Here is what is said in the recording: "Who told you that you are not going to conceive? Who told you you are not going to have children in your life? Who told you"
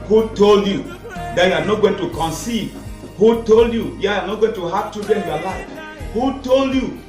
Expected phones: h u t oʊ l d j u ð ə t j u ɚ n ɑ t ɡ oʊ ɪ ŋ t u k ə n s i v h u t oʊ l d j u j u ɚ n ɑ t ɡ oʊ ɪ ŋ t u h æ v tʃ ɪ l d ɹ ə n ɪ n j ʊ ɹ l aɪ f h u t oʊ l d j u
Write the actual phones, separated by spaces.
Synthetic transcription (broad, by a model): h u t oʊ l d j u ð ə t j u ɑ n ɑ t ɡ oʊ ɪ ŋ t u k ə n s i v h u t oʊ l d j u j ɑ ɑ n ɑ t ɡ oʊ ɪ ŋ t u h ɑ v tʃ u d ə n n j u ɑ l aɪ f h u t oʊ l d j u